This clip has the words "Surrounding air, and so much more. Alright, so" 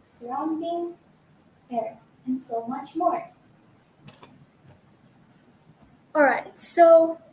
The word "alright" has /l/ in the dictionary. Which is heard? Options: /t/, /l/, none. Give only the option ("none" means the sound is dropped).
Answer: /l/